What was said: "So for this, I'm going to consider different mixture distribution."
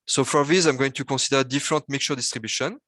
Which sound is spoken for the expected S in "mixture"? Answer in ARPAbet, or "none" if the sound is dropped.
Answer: none